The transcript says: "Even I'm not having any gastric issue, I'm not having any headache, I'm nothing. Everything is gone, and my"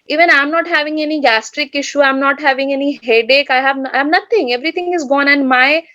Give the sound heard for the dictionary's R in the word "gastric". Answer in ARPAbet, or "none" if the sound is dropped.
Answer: R